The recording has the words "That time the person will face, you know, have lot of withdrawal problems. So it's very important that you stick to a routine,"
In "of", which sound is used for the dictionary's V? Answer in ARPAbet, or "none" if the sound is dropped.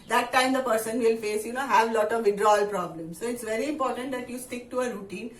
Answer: V